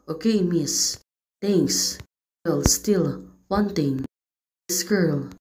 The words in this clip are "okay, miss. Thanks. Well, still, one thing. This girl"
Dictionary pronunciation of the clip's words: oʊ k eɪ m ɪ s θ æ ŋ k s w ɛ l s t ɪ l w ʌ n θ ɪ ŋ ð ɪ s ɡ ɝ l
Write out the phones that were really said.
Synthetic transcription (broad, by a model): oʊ k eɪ m ɪ s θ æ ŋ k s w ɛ l s t ɪ l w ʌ n t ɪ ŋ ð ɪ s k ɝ l